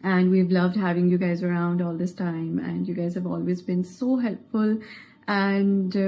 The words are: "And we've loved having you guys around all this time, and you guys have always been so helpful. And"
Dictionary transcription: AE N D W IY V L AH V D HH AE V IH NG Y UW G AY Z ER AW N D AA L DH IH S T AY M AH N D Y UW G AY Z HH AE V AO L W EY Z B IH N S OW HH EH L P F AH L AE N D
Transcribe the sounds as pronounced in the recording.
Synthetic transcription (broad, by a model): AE N D W IY V L AH V D HH AE V IH NG Y UW G AY Z ER AW N D AA L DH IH S T AY M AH N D Y UW G AY Z HH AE V AO L W EY Z B IH N S OW HH EH L P F AH L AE N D